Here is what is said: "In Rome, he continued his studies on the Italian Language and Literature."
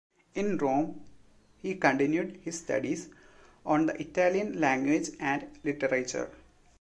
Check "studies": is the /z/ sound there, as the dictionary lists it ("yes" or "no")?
no